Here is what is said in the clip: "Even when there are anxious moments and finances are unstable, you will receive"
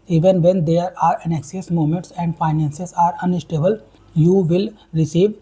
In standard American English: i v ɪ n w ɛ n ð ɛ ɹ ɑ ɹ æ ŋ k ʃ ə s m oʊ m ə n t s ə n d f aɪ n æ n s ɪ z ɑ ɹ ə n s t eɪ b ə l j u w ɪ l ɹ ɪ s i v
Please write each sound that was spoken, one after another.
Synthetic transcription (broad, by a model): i v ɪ n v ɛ n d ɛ ɹ ɑ ɹ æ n k s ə s m oʊ m ə n t s ə n d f aɪ n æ n s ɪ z ɑ ɹ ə n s t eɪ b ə l j u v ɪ l ɹ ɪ s i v